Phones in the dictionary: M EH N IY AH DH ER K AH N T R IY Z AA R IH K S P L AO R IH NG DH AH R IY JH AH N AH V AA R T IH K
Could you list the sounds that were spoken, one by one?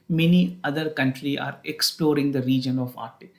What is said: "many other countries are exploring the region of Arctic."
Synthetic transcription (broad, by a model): M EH N IY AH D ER K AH N T R IY AA R IH K S P L AO R IH NG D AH R IY JH AH N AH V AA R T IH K